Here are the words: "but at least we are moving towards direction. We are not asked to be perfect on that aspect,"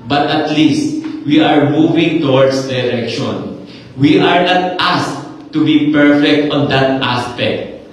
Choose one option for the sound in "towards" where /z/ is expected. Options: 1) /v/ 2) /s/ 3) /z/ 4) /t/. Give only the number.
2